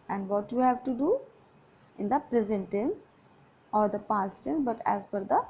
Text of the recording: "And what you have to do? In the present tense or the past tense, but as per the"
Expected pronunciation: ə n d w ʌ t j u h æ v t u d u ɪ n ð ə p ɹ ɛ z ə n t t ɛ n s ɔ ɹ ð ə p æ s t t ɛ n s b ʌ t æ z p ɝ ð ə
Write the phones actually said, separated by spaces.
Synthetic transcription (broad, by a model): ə n d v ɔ t j u h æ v t u d u ɪ n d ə p ɹ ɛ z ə n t t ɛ n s ɔ ɹ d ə p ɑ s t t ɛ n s b ʌ t æ z f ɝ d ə